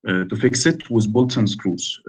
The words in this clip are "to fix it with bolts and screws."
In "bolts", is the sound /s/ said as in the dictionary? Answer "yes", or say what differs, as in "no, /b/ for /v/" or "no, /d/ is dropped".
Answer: no, /s/ is dropped